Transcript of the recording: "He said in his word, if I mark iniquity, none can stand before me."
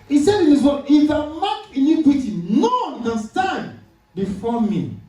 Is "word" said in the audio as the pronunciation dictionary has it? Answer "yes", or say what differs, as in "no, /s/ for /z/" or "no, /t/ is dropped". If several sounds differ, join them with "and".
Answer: no, /d/ is dropped